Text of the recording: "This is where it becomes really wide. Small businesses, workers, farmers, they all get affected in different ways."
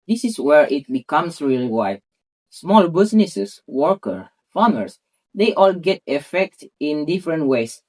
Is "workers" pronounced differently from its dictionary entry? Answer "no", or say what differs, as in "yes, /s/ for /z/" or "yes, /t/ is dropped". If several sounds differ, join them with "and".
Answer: yes, /z/ is dropped